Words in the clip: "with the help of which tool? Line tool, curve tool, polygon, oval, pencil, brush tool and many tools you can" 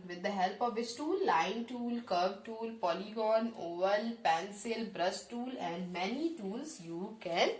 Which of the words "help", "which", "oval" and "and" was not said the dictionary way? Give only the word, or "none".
which